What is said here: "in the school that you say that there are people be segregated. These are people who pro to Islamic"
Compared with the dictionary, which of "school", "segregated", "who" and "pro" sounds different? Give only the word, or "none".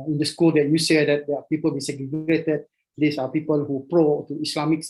segregated